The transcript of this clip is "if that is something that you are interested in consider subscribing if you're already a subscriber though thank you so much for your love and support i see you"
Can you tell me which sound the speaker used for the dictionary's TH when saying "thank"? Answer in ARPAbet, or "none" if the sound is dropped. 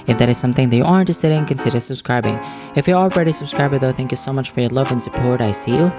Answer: TH